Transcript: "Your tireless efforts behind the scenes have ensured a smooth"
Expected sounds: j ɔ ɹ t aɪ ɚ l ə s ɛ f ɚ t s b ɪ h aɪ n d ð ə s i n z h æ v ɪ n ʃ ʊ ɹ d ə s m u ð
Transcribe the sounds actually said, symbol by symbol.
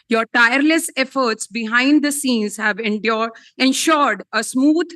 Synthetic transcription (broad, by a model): j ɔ ɹ t aɪ ɚ l ə s ɛ f ɚ t s b ɪ h aɪ n d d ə s i n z h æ v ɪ n ʃ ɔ ɹ d ə s m u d